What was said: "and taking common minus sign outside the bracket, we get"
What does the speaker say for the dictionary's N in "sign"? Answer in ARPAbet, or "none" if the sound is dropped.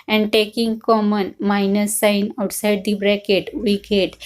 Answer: N